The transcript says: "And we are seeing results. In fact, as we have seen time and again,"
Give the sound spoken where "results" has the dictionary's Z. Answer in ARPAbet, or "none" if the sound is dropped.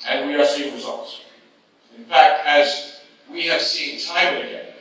Z